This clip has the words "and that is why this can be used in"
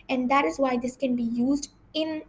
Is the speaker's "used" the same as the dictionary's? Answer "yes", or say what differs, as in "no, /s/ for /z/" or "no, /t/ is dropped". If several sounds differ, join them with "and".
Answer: yes